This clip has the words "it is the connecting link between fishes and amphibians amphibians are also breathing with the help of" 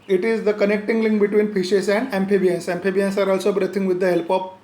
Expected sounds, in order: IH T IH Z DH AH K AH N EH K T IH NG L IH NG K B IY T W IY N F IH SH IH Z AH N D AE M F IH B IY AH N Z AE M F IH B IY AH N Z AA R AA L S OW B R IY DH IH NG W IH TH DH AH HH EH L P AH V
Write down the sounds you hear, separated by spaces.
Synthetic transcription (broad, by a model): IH T IH Z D AH K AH N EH K T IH NG L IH NG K B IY T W IY N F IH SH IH S AH N D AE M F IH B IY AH N S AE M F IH B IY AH N S AA R AA L S OW B R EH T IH NG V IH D AH HH EH L P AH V